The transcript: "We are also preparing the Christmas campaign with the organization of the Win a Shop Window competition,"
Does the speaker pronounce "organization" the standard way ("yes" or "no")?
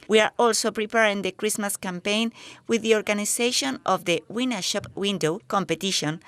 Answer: no